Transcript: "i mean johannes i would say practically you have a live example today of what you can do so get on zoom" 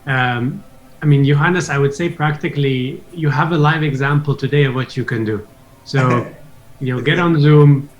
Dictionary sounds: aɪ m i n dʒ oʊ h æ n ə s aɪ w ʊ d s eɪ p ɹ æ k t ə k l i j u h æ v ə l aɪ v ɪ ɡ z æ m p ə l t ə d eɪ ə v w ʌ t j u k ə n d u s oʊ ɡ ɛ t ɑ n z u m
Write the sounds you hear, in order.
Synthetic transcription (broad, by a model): aɪ m i n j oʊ h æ n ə s aɪ w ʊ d s eɪ p ɹ æ k t ə k l i j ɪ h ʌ v ə l aɪ v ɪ ɡ z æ m p l t ə d eɪ ə v w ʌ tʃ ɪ k ə n d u s oʊ ɡ ɛ t n z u m